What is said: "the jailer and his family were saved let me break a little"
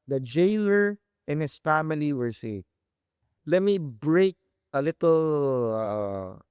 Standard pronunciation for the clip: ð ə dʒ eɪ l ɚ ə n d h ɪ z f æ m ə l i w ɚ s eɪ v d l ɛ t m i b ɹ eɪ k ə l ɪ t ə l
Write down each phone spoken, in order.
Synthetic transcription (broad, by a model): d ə dʒ eɪ l ɚ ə n h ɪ s f æ m ə l i w ɚ s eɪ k l ɛ t m i b ɹ eɪ k ə l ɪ t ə l